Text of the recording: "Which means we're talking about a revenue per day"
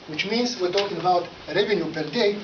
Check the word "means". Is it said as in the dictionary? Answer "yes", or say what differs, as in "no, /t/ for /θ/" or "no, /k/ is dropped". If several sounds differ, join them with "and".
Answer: no, /s/ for /z/